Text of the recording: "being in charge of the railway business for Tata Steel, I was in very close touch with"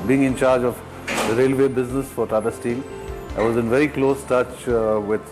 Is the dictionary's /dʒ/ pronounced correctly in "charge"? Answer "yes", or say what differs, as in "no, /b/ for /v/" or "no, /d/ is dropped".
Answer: yes